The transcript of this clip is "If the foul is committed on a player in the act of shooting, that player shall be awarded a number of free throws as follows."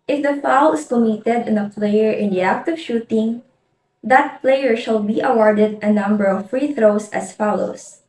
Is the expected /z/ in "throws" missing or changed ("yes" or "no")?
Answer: yes